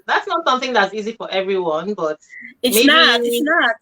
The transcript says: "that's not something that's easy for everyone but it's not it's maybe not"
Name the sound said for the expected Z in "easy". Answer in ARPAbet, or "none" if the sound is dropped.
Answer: Z